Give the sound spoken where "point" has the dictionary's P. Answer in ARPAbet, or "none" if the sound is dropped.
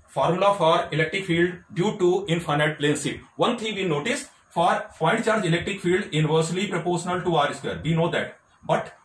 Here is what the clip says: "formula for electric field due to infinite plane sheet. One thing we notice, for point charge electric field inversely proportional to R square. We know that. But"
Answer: F